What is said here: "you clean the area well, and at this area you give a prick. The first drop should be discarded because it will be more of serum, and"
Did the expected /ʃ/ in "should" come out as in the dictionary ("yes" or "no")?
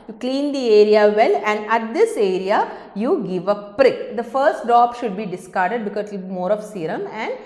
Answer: yes